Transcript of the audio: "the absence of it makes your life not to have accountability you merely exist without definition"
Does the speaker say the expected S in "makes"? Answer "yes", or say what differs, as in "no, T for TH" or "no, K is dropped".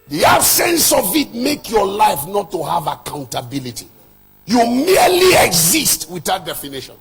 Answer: no, S is dropped